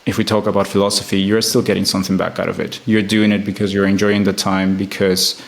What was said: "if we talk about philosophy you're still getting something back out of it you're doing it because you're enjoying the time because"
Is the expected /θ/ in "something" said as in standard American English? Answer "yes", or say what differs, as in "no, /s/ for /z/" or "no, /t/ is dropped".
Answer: yes